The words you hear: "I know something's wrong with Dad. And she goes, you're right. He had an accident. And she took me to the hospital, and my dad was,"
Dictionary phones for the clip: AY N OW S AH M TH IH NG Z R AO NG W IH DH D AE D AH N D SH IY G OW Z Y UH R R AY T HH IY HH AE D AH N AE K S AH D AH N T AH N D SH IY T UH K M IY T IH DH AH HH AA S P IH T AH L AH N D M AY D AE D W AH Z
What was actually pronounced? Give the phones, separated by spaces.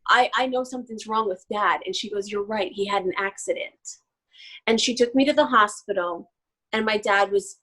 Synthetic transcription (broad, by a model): AY N OW S AH M TH IH NG Z R AO NG W IH DH D AE D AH N SH IY G OW Z Y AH R R AY T HH IY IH D N AE K S AH D AH N T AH N SH IY T UH K M IY T IH DH AH HH AA S P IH T L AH N M AY D AE D W AH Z